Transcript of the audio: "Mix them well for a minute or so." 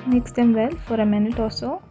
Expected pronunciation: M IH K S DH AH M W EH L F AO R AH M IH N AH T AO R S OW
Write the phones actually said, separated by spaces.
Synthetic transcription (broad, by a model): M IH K S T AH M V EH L F AO R AH M IH N AH T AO L S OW